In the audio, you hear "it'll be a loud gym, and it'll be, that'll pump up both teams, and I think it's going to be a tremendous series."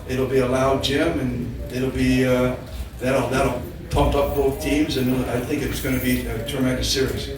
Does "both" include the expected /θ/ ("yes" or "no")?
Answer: yes